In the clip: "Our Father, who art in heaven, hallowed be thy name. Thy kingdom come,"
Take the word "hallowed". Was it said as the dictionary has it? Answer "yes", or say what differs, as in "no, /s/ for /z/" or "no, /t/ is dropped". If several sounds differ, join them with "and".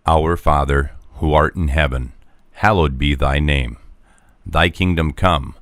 yes